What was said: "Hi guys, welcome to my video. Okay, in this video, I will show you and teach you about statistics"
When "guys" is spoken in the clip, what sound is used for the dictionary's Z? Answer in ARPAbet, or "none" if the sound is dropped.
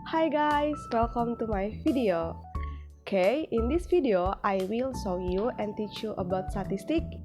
S